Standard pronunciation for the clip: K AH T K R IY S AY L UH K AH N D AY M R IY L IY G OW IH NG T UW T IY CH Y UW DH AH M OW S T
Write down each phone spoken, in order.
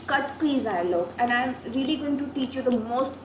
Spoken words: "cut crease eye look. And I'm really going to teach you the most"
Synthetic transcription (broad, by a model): K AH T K IY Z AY L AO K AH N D AY M R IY L IY G OW IH NG T UW T IY CH Y UW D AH M OW S T